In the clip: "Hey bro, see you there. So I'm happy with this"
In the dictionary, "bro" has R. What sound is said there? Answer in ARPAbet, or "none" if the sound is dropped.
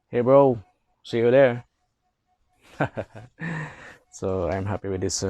R